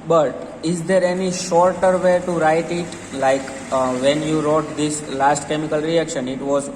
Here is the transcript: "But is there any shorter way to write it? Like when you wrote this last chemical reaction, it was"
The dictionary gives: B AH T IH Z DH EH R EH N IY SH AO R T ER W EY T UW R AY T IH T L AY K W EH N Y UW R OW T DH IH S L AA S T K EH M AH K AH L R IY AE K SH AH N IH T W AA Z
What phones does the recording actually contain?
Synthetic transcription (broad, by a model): B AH T IH Z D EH R EH N IY SH AO R T ER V EY T UW R AY T IH T L AY K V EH N Y UW R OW T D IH S L AA S T K EH M AH K AH L R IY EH K SH AH N IH T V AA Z